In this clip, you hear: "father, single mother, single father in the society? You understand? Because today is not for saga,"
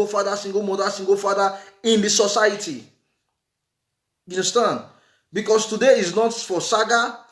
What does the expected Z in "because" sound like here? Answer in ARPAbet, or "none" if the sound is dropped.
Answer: S